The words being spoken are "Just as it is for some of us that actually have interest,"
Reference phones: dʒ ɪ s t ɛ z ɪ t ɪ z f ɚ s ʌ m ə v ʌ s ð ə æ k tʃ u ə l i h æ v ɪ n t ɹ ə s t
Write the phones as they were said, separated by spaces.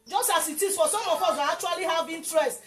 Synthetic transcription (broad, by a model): dʒ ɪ s t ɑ s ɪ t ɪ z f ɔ s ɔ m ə f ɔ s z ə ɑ k tʃ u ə l i h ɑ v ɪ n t ɹ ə s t